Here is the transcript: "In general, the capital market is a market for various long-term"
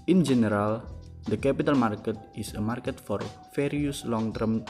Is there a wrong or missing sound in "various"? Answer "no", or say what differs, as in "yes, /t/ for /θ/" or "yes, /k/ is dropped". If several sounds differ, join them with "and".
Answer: yes, /f/ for /v/